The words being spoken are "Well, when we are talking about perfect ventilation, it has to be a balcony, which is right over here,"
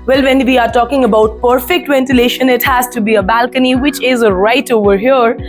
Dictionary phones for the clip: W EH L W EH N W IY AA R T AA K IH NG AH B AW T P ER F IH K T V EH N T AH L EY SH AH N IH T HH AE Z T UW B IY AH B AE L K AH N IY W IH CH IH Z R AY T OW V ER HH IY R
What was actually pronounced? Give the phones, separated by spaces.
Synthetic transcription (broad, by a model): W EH L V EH N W IY AA R T AA K IH NG AH B AW T P ER F IH K T V EH N T AH L EY SH AH N IH T HH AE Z T UW B IY AH B AE L K AH N IY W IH CH IH Z R AY T OW V ER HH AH R